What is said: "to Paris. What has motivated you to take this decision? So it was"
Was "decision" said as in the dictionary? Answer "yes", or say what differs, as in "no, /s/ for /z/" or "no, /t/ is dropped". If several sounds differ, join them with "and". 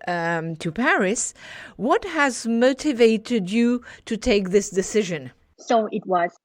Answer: yes